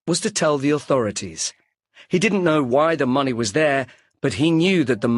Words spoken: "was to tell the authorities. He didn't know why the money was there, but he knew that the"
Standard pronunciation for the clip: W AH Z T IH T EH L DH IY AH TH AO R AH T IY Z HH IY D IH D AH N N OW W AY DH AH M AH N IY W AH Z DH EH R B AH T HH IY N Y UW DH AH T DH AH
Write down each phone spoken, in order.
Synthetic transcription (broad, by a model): W AH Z T IH T EH L DH IY AH TH AO R AH T IY Z HH IY D IH D N N OW W AY DH AH M AH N IY W AH Z DH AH R B AH T HH IY N Y UW DH AH T DH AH